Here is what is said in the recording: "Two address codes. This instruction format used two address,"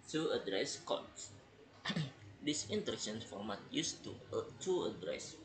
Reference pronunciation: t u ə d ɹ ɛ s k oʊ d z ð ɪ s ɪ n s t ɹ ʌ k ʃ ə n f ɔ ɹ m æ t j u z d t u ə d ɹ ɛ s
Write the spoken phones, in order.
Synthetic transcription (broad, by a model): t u ə d ɹ ɛ s k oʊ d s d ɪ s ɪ n t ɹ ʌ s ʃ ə n f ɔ ɹ m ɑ t j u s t t u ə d ɹ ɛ s